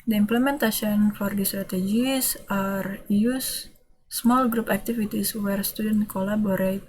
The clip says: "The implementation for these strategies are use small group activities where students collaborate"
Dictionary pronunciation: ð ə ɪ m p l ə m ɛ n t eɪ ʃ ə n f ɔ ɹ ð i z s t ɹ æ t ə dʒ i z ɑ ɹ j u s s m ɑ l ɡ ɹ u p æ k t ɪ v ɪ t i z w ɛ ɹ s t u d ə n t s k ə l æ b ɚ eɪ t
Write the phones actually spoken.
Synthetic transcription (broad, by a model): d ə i m p l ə m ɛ n t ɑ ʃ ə n f ɔ ɹ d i s t ɹ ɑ t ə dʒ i s ɑ ɹ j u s s m ɑ l ɡ ɹ u p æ k t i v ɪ t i s w ɛ ɹ s t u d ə n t k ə l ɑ b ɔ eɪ t